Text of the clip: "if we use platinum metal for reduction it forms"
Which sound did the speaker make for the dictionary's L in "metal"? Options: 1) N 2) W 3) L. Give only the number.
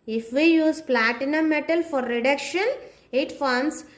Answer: 3